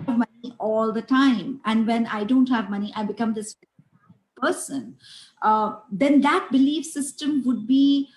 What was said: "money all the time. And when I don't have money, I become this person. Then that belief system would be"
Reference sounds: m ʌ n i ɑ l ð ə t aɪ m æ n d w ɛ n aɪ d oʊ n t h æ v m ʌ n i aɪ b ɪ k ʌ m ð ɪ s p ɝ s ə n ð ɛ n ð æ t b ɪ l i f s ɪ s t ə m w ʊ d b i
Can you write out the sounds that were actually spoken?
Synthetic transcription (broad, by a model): m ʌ n i ɑ l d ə t aɪ m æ n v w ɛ n aɪ d oʊ n t h æ v m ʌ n i aɪ b ɪ k ʌ m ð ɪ s p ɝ s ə n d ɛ n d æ t b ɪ l i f s ɪ s t ə m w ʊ d b i